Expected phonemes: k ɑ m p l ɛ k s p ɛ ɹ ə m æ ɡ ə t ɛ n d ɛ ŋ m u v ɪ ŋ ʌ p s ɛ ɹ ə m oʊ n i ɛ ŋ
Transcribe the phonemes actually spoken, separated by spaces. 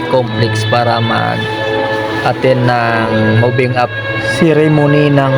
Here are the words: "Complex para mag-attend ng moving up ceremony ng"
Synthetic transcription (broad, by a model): k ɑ m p l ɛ k s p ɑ ɹ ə m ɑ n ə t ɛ n ɑ ŋ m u b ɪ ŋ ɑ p s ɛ ɹ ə m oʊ n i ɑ ŋ